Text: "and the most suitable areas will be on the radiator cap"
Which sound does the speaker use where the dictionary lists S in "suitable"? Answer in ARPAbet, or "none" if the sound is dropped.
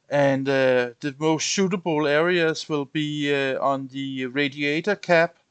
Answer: SH